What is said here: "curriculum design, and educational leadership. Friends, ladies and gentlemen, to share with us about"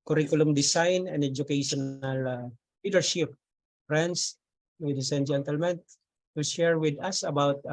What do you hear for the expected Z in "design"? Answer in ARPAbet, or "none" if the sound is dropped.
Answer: S